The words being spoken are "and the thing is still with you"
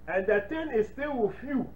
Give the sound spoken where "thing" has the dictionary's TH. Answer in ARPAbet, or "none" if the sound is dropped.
T